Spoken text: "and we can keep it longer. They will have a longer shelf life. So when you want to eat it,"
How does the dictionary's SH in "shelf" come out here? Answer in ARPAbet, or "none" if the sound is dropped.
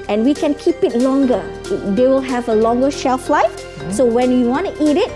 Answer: SH